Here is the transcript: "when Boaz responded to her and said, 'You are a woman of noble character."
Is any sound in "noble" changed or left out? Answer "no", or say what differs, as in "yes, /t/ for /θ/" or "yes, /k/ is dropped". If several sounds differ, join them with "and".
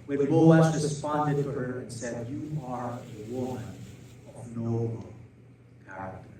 yes, /b/ is dropped